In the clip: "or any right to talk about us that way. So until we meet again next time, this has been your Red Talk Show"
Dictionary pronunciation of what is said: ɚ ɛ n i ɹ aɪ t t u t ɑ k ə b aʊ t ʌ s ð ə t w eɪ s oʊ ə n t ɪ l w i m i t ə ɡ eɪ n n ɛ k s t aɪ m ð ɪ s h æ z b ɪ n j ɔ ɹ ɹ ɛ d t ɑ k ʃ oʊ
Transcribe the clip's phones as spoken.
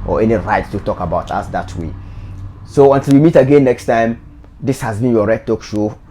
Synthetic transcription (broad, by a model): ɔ ɛ n i ɹ aɪ t t u t ɑ k ə b aʊ t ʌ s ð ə t w eɪ s oʊ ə n t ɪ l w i m i t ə ɡ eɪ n n ɛ k s t aɪ m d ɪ s h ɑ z b ɪ n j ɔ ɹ ɹ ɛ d t ɑ k ʃ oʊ